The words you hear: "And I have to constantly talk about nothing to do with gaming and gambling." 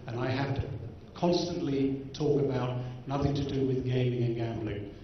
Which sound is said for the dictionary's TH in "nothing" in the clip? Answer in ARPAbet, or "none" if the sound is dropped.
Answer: TH